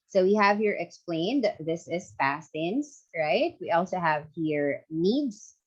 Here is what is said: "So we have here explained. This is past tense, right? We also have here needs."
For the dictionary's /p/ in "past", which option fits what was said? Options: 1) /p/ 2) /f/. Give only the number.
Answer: 2